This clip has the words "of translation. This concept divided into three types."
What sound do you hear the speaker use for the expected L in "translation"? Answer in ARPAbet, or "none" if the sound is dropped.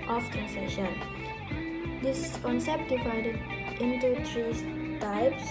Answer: none